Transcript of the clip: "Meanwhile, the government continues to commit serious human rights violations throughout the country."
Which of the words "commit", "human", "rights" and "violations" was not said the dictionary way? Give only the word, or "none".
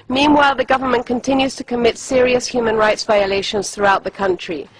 none